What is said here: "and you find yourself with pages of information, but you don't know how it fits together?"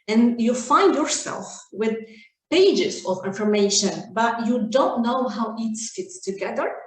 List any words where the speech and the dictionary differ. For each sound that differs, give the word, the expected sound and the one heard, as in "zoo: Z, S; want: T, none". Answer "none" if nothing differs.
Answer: none